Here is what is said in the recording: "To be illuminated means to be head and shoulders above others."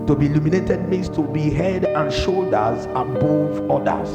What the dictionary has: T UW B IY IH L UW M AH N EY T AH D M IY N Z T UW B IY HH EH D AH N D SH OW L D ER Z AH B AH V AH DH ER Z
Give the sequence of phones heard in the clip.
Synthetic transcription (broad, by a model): T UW B IY IH L UW M AH N EY T AH D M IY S T UW B IY HH EH D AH N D SH OW L D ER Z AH B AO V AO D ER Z